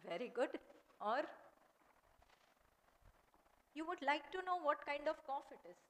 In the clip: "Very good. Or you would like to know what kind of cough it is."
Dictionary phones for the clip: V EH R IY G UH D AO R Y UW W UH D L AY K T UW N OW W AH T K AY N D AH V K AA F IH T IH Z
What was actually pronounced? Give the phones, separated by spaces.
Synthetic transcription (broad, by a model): V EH R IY G UH D AO R Y UW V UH D L AY K T UW N OW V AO T K AY N D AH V K AA F IH T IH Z